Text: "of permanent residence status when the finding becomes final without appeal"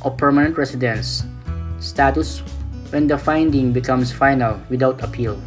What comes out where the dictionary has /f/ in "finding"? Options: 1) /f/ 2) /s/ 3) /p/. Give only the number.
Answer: 1